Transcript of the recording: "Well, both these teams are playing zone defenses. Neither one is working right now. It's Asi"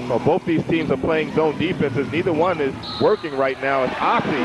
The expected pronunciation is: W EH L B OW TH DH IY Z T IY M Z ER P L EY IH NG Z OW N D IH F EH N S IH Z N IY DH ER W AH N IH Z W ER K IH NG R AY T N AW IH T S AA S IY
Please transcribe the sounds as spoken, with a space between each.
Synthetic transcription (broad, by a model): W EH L B OW TH DH IY Z T IY M Z ER P L EY IH NG Z OW N D IH F EH N S IH Z N IY DH ER W AH N IH Z W ER K IH NG R AY T N AW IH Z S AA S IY